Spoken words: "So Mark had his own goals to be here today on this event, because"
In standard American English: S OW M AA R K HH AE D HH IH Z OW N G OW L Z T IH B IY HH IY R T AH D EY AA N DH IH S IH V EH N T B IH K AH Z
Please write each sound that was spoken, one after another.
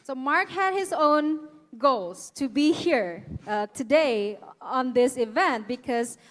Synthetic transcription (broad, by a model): S OW M AA R K HH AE D HH IH Z OW N G OW L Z T IH B IY HH IY R T AH D EY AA N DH IH S IH V EH N T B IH K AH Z